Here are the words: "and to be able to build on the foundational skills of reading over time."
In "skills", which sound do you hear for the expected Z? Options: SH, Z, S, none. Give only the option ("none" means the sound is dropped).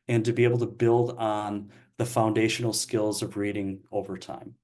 Z